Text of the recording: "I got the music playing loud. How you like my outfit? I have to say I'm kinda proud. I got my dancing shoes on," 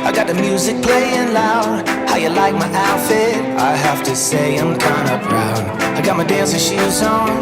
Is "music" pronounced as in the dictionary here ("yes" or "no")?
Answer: yes